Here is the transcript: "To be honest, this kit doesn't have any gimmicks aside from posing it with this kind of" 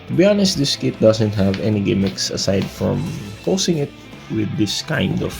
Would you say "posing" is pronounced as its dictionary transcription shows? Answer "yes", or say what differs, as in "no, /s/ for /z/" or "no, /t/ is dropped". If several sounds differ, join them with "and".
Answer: no, /s/ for /z/